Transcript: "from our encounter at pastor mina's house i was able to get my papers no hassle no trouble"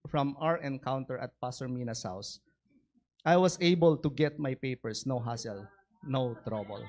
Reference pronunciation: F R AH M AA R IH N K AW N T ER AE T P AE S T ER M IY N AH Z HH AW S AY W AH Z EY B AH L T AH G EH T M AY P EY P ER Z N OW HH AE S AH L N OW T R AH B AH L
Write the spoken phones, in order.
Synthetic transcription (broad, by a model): F R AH M AA R IH N K AW N T ER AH T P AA S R M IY N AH S HH AW S AY W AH S EY B AH L T AH G EH T M AY P EY P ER S N OW HH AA S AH L N OW T R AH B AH L